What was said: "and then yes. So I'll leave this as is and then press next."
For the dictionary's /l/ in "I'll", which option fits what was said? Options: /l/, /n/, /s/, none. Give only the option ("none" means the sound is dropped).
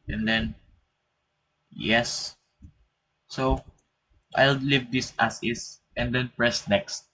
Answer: /l/